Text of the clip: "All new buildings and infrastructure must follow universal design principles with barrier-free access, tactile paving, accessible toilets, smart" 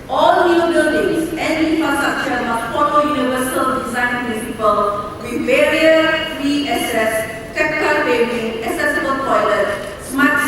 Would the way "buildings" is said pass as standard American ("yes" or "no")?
no